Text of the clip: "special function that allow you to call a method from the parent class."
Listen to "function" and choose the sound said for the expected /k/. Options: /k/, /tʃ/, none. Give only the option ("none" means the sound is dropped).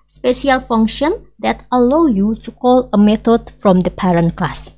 /k/